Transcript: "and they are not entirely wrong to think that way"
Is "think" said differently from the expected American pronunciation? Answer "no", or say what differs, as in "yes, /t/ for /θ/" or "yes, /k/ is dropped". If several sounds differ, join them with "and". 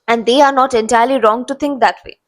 yes, /t/ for /θ/